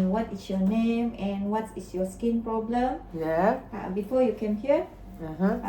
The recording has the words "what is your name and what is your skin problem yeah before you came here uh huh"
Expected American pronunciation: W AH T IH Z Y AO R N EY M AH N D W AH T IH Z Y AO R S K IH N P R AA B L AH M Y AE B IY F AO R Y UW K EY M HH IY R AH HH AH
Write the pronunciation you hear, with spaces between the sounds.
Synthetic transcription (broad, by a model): W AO T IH S Y AO N EY M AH N W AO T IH S Y AO S K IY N P R AA B L AH M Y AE B IY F AO Y UW K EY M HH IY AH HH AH